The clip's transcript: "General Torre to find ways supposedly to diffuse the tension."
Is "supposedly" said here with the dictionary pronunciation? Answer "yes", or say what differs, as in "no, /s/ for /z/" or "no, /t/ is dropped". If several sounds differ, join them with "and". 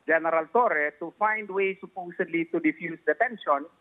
no, /s/ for /z/